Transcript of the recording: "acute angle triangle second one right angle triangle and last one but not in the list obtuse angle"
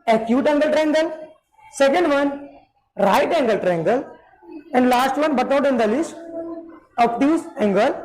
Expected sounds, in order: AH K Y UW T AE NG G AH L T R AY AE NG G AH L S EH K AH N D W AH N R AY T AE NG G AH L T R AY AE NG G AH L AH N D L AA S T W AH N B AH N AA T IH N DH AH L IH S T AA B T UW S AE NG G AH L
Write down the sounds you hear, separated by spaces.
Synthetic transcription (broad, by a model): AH K Y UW T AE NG G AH L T R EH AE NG G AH L S EH K AH N D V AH N R AY T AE NG G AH L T R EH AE NG G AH L AH N D L AA S T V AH N B AH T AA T IH N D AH L IH S T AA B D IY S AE NG G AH L